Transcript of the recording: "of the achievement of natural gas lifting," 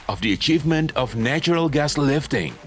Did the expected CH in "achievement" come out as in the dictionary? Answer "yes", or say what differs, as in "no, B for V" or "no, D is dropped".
yes